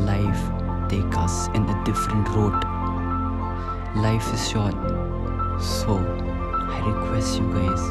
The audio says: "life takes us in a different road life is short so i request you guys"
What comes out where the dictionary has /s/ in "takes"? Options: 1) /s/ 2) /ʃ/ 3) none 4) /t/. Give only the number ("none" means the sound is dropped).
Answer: 3